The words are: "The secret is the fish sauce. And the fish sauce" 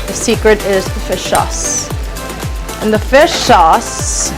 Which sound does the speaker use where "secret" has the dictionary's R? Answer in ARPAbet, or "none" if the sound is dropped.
R